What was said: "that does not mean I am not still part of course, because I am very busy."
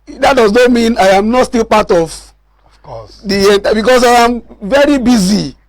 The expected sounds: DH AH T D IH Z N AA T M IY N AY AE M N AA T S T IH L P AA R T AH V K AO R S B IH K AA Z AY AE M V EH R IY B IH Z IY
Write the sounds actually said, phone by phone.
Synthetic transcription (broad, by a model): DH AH T D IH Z N AA T M IY N AY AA M N AA T S T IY L P AA T AH V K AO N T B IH K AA S AY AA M V EH R IY B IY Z IY